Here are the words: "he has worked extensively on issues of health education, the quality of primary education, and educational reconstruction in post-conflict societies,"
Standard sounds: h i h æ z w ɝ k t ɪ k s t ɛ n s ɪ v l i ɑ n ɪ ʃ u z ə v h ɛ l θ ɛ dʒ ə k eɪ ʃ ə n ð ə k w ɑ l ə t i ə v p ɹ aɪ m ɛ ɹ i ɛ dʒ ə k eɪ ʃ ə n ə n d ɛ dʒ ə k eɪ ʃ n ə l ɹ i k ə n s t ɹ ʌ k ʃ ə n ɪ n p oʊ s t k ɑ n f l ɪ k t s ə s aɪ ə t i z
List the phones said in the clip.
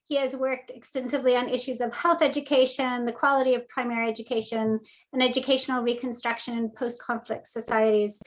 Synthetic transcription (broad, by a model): h i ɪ z w ɝ k t ɪ k s t ɛ n s ɪ v l i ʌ n ɪ ʃ u z ə v h ɛ l θ ɛ dʒ ə k eɪ ʃ ə n ð ə k w ɑ l ə t i ə v p ɹ aɪ m ɛ ɹ i ɛ dʒ ə k eɪ ʃ ə n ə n ɛ dʒ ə k eɪ ʃ n l ɹ i k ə n s t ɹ ʌ k ʃ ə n ɪ n p oʊ s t k ɑ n f l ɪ k t s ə s aɪ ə t i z